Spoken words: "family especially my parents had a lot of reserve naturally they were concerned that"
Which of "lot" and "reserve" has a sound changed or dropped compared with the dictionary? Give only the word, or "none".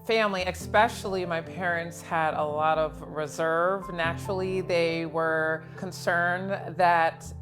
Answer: none